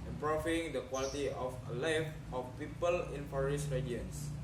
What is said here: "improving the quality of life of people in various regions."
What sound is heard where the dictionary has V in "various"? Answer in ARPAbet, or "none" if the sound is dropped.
F